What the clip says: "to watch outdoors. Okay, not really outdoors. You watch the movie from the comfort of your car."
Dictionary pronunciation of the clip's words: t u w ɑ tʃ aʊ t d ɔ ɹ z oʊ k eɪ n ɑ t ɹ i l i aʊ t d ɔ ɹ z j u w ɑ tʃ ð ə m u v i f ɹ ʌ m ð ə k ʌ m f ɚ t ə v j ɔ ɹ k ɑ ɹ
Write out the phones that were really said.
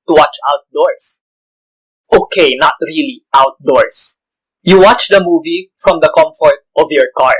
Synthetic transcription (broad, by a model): t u w ɑ tʃ aʊ t d ɔ ɹ s oʊ k eɪ n ɑ t ɹ i l i aʊ t d ɔ ɹ s j u w ɑ tʃ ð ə m u v i f ɹ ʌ m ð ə k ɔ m f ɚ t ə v j ɔ ɹ k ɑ ɹ